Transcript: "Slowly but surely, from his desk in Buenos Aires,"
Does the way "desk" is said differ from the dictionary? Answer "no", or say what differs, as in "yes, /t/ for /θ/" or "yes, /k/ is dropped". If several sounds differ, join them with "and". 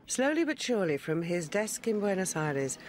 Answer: no